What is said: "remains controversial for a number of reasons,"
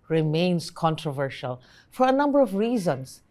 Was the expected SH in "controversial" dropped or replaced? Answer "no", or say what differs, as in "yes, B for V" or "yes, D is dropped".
no